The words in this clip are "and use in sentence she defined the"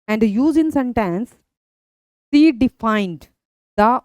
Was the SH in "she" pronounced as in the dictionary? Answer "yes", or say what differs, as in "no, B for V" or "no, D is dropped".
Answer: no, S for SH